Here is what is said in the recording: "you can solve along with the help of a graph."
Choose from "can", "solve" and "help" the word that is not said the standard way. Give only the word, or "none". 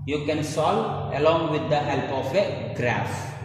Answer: solve